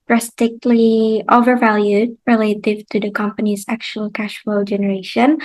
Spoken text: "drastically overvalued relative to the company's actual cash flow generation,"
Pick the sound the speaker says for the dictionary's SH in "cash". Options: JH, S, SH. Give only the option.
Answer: SH